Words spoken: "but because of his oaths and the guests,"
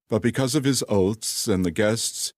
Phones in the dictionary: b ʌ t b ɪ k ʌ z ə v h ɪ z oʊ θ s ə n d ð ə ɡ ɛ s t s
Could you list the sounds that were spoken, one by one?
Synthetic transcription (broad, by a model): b ʌ t b ɪ k ʌ z ə v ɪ z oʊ t s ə n ð ə ɡ ɛ s t s